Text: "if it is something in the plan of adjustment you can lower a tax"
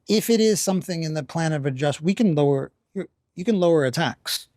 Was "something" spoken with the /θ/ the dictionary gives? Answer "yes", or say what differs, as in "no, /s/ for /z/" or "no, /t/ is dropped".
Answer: yes